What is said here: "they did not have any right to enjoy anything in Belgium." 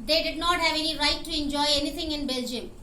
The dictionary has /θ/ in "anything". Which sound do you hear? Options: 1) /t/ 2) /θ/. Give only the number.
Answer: 1